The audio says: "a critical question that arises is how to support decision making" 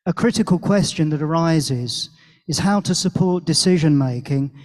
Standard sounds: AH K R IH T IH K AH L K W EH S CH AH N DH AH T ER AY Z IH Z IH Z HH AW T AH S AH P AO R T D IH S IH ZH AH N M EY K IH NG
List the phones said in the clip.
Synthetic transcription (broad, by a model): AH K R IH T IH K AH L K W EH S CH AH N DH AH T ER AY Z IH Z IH Z HH AW T AH S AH P AO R T D IH S IH ZH AH N M EY K IH NG